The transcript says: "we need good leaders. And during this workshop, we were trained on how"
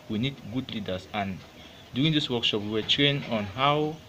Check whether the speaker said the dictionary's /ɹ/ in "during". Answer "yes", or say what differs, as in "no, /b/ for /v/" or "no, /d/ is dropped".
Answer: no, /ɹ/ is dropped